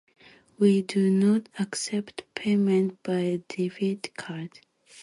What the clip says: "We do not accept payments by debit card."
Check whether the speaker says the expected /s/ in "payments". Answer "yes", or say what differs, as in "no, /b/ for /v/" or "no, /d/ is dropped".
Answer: no, /s/ is dropped